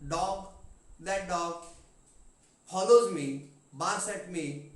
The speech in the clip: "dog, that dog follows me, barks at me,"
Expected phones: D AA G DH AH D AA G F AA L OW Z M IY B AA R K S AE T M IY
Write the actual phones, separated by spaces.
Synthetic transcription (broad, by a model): D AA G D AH D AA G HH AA L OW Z M IY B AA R S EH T M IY